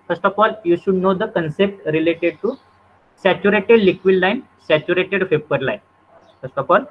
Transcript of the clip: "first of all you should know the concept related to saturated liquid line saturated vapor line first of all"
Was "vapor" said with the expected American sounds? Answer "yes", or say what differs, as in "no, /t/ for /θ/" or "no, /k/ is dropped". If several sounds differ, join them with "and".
no, /f/ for /v/